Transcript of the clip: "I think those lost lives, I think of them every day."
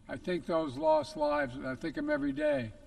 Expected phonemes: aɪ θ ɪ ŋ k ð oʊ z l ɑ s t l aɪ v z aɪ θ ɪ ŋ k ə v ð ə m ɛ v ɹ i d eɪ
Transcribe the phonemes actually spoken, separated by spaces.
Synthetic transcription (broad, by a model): aɪ θ ɪ ŋ k ð oʊ z l ɑ s t l aɪ v z aɪ θ ɪ ŋ k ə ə m ɛ v ɹ i d eɪ